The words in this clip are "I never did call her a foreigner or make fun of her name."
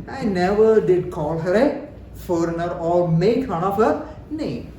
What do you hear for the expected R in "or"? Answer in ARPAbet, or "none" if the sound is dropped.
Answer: L